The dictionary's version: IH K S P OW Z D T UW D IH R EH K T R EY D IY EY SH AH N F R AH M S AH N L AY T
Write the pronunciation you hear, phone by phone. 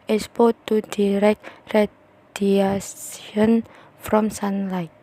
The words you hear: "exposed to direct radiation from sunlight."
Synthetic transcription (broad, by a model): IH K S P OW T UW D IH R EH K T R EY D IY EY S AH N F R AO M S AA N L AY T